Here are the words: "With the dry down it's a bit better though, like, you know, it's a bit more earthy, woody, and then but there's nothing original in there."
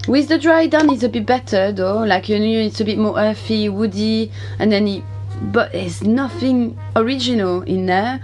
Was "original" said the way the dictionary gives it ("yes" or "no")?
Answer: yes